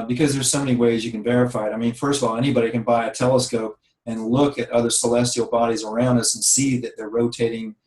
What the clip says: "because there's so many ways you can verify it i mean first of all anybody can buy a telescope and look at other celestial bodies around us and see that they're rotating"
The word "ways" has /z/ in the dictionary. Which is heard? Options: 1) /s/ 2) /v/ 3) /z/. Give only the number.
3